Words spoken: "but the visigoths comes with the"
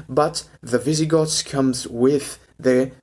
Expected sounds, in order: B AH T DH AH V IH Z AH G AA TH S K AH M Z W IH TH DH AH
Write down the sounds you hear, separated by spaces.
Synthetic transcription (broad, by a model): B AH T DH AH V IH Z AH G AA T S K AH M Z W IH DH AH